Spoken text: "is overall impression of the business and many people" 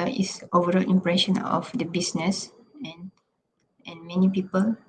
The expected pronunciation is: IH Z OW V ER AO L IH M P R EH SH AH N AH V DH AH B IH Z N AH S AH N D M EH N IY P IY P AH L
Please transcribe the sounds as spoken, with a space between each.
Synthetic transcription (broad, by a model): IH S OW V ER AO L IH M P R EH SH AH N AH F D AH B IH S N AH S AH N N M EH N IY P IY P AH L